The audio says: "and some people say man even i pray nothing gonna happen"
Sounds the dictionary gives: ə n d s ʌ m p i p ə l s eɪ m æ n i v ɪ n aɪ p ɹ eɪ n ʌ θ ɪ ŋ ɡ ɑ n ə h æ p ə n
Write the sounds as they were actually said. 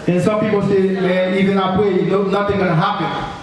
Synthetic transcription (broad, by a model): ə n s ʌ m p i p ə l s eɪ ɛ i v ɪ n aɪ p w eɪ n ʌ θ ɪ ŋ ɡ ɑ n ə h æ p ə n